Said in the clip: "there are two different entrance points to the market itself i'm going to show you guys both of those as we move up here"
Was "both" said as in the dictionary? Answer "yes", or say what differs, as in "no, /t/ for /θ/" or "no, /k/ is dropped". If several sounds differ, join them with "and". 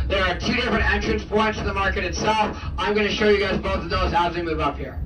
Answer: yes